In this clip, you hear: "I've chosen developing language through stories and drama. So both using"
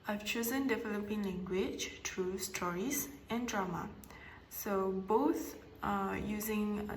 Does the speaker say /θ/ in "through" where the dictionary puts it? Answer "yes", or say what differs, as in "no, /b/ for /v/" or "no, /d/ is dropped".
no, /t/ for /θ/